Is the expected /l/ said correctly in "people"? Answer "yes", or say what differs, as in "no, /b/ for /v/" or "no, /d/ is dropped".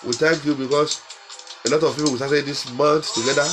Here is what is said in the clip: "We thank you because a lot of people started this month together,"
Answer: no, /w/ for /l/